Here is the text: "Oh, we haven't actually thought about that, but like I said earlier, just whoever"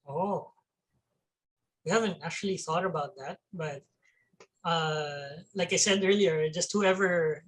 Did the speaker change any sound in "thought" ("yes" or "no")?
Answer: no